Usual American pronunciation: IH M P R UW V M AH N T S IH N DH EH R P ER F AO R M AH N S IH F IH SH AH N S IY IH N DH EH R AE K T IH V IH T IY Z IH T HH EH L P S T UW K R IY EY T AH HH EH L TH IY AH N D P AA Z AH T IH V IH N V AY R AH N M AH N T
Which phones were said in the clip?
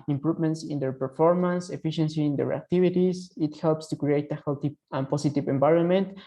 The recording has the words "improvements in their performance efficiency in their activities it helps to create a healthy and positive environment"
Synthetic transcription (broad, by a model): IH M P R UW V M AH N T S IH N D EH R P ER F AO R M AH N S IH F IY SH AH N S IY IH N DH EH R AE K T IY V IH T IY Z IH T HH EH L P S T UW K R IY EY T AH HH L T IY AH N P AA S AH T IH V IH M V AY R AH N M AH N T